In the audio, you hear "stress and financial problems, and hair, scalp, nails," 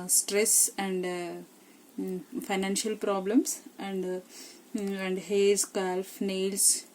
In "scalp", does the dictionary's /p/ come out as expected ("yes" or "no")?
no